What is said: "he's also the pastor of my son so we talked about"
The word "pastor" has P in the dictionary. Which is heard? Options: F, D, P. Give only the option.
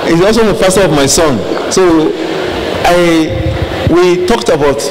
F